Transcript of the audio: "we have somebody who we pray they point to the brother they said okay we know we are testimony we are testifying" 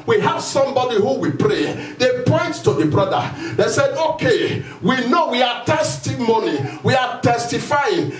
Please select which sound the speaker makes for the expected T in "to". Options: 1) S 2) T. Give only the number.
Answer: 2